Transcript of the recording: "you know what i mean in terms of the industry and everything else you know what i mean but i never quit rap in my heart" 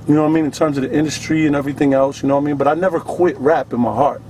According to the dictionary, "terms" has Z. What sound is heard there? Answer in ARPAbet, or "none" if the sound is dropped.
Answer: Z